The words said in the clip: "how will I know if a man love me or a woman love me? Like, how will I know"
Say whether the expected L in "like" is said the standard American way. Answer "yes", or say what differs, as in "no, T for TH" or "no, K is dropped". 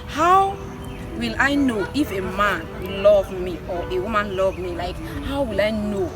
yes